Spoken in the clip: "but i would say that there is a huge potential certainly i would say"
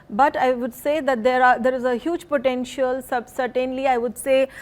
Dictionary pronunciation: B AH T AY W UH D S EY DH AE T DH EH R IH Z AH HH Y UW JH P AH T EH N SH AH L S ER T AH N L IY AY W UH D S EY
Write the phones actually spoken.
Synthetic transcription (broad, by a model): B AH T AY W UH D S EY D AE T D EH R IH Z AH HH Y UW JH P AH T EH N SH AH L S ER T AH N L IY AY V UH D S EY